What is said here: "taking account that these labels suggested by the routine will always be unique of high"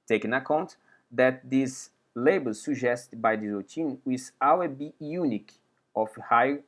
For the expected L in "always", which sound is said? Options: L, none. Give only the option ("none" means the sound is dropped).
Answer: none